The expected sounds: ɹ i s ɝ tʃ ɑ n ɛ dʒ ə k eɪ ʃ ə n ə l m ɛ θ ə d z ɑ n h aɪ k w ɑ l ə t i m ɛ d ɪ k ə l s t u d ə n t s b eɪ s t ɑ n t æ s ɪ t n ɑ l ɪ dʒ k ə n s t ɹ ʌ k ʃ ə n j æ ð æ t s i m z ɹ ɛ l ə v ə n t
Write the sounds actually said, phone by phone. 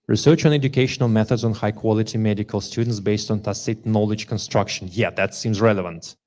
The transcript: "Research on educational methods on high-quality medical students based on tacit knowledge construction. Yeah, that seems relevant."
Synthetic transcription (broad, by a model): ɹ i s ɝ tʃ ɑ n ɛ dʒ ə k eɪ ʃ ə n ə l m ɛ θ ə d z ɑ n h aɪ k w ɑ l ə t i m ɛ d ɪ k ə l s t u d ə n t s b eɪ s t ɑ n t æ s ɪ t n ɑ l ɪ dʒ k ə n s t ɹ ʌ k ʃ ə n j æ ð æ t s i m z ɹ ɛ l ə v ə n t